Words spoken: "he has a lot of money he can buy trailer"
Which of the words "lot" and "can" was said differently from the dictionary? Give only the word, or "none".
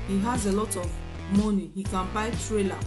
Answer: none